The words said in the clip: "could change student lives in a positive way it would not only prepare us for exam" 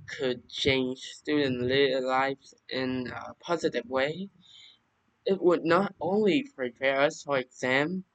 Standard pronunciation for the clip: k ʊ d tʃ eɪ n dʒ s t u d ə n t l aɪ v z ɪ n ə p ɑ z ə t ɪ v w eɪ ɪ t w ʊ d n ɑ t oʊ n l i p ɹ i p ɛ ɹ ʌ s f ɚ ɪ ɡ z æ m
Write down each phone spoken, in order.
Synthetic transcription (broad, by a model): k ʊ d tʃ eɪ n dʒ s t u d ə n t l aɪ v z ɪ n ə p ɑ z ə t ɪ v w eɪ ɪ t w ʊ d n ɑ t oʊ n l i p ɹ i p ɛ ɹ ʌ s f ɚ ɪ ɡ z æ m